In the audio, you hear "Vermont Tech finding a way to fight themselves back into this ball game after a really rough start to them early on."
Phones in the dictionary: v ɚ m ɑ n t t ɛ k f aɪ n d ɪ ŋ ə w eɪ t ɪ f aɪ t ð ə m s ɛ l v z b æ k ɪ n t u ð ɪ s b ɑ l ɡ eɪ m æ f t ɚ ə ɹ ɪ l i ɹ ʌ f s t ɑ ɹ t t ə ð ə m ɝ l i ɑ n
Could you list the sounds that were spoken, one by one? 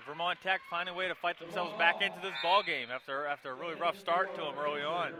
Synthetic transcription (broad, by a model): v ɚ m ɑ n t t ɛ k f aɪ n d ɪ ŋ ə w eɪ t ɪ f aɪ t ð ə m s ɛ l v z b æ k ɪ n t u ð ɪ s b ɑ l ɡ eɪ m æ f t ɚ ə ɹ ɪ l i ɹ ʌ f s t ɑ ɹ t t ə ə m ɝ l i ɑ n